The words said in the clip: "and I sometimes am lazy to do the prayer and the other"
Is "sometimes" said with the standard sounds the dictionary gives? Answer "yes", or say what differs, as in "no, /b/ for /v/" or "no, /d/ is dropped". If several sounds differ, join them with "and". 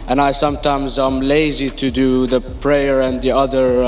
yes